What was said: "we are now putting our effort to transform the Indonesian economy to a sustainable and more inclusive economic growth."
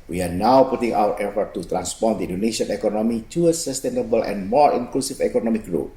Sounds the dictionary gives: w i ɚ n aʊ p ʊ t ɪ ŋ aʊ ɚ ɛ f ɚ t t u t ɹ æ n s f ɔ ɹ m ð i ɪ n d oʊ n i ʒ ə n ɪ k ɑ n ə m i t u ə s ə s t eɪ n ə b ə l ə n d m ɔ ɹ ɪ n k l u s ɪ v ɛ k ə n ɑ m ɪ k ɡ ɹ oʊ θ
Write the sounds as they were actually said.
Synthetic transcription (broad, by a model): w i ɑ n aʊ p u t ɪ ŋ aʊ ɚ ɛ f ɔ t t u t ɹ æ n s p ɔ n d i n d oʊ n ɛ s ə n ɪ k ɑ n ə m i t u ə s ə s t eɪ n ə b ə l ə n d m ɔ ɹ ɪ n k l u s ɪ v ɛ k ə n ɑ m ɪ k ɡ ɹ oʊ